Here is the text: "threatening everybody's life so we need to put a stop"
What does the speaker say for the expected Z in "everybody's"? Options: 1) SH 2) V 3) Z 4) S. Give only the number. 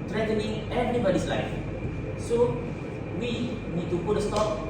4